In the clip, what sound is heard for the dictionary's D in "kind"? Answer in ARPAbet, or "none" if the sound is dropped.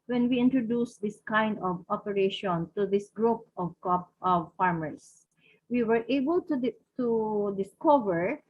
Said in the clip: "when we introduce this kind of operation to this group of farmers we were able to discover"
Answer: D